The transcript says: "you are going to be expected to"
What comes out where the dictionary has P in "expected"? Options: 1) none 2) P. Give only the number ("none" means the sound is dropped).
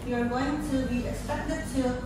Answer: 1